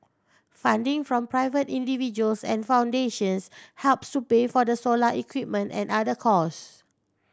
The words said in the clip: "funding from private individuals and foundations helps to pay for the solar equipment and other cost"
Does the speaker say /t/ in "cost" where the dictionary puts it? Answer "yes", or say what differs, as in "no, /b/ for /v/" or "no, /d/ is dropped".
no, /t/ is dropped